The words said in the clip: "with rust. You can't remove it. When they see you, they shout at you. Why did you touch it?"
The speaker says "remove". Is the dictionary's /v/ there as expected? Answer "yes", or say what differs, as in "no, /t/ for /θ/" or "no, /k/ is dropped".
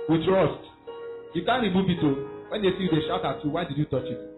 no, /b/ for /v/